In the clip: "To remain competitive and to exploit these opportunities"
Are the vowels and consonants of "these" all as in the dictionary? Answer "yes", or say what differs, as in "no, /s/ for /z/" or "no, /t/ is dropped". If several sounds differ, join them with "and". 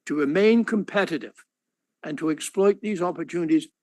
yes